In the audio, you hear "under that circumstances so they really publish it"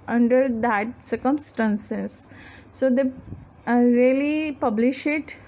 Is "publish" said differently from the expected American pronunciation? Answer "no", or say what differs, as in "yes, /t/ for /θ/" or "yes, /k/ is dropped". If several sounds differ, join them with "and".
no